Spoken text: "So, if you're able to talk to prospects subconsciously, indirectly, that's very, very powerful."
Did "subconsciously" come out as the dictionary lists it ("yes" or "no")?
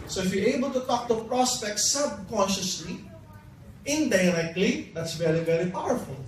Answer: yes